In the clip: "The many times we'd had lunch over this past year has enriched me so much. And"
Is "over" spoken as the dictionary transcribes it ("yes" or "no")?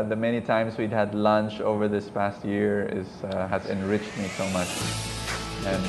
yes